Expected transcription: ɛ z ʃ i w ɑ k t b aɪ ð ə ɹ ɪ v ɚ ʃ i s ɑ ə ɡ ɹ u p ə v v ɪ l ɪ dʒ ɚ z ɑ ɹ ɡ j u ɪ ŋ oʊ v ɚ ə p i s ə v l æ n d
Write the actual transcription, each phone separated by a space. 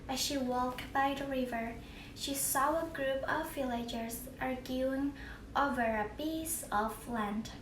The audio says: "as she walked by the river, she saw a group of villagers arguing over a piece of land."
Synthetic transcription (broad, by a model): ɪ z ʃ i w ɑ k t b aɪ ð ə ɹ ɪ v ɚ ʃ i s ɑ ə ɡ ɹ u p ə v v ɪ l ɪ dʒ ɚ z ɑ ɹ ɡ j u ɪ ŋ oʊ v ɚ ə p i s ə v l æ n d